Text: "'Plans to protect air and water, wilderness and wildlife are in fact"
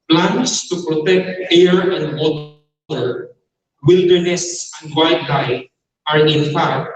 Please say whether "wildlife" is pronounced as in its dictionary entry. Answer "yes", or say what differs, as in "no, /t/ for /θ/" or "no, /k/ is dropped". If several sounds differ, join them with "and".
no, /l/ is dropped and /f/ is dropped